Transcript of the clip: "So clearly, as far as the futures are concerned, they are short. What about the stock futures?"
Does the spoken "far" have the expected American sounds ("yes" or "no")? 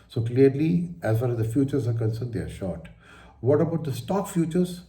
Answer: no